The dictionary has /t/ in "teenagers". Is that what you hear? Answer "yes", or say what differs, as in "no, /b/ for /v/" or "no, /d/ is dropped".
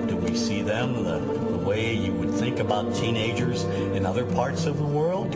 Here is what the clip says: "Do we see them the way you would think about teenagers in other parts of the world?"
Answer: yes